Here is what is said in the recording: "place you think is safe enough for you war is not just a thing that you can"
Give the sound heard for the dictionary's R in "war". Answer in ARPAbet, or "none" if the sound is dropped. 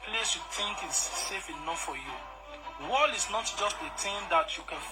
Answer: L